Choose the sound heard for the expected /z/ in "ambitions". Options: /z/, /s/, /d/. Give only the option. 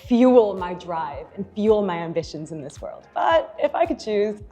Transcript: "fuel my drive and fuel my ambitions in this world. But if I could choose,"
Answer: /z/